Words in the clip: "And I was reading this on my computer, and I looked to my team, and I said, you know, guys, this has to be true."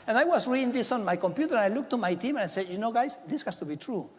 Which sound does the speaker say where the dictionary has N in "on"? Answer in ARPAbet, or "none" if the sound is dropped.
N